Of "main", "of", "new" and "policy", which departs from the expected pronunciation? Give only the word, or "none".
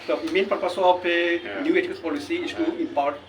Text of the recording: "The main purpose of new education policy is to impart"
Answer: of